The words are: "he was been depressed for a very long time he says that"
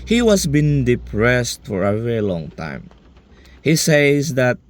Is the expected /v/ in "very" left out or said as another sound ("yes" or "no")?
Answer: no